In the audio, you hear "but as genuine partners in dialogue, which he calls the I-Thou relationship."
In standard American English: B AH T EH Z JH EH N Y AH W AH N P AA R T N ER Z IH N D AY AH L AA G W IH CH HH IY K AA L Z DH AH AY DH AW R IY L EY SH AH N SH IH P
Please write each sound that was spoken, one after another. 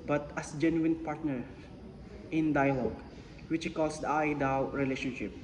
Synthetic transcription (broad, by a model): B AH T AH S JH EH N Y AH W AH N P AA R T N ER IH N D AY AH L AA G W IH CH K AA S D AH AY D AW R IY L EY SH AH N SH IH P